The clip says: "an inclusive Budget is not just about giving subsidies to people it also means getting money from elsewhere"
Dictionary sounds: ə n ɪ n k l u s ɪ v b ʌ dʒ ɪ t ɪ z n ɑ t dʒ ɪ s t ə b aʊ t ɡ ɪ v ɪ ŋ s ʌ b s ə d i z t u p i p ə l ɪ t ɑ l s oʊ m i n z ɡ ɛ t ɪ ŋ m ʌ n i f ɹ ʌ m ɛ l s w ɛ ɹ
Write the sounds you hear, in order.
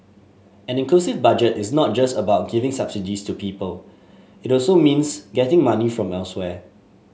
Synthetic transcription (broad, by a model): ə n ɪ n k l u s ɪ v b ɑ dʒ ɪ t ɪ s n ɑ t dʒ ɪ s t ə b aʊ t ɡ ɪ v ɪ ŋ s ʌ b s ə d i s t u p i p ə l ɪ t ɑ l s oʊ m i n s ɡ ɛ t ɪ ŋ m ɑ n i f ɹ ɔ m ɛ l s w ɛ